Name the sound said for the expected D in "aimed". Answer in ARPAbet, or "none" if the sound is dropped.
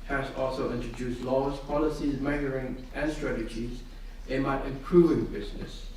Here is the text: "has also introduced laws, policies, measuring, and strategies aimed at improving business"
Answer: none